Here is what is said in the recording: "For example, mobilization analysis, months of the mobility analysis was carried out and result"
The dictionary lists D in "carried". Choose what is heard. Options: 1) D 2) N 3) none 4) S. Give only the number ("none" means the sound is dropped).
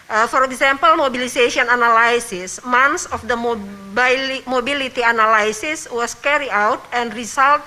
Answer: 3